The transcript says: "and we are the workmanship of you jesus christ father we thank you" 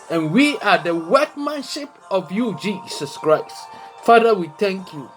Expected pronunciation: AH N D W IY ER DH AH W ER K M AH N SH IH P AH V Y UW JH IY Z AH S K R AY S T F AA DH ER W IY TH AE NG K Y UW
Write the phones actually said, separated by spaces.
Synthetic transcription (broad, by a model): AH N W IY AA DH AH W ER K M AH N SH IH P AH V Y UW JH IY S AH S K R AY S T F AA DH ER W IY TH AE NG K Y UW